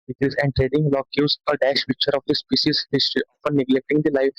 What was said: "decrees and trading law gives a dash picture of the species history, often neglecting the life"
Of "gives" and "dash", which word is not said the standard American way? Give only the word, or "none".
gives